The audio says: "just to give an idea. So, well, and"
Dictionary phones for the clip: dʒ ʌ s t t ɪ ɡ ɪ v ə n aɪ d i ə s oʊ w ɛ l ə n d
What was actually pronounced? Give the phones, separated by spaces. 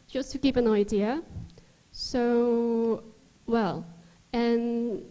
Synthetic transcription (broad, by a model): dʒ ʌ s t t ɪ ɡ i p ə n aɪ d i ə s oʊ w ɛ l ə n